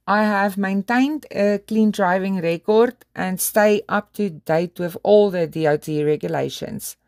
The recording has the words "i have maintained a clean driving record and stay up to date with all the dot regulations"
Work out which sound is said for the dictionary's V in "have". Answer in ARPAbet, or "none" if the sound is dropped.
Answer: V